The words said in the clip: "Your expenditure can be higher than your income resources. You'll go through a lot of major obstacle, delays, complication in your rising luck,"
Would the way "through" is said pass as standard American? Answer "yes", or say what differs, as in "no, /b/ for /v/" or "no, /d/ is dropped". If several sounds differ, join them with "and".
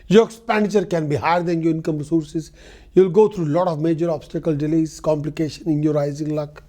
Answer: no, /t/ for /θ/